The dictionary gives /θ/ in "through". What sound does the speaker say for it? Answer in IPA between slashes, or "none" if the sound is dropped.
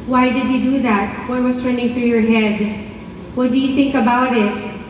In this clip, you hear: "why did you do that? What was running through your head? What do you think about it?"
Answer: /θ/